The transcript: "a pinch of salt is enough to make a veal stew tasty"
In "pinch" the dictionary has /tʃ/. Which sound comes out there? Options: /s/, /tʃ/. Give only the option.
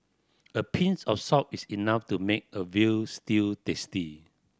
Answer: /s/